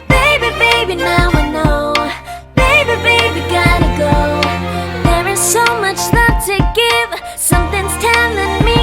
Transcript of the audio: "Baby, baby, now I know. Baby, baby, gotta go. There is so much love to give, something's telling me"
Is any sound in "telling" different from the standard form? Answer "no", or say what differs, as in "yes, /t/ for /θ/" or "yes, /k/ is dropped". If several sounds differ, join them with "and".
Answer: yes, /n/ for /l/